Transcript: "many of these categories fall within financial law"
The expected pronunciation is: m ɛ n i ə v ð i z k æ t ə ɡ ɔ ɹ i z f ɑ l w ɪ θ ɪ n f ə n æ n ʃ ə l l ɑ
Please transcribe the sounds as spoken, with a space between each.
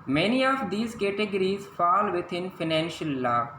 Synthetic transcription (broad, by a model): m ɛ n i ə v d i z k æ t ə ɡ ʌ ɹ i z f ɑ l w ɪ t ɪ n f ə n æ n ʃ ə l l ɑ